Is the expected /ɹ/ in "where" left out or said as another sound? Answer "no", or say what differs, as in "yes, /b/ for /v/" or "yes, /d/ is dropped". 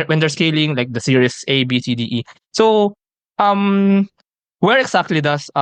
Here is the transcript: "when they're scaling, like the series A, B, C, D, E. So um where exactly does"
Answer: no